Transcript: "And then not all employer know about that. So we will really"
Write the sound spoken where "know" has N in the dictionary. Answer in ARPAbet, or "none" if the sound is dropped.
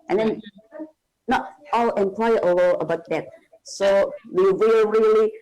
L